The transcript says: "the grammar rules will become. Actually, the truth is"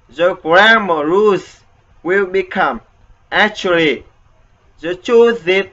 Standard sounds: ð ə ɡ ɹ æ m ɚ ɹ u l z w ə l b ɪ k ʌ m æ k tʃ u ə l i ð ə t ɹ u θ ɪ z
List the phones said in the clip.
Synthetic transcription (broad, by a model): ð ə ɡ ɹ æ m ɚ ɹ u z w ə l b ɪ k ʌ m æ k tʃ u ə l i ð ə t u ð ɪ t